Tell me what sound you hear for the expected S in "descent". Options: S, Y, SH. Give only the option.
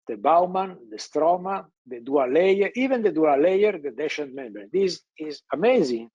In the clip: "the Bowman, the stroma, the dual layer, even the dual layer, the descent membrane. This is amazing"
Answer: SH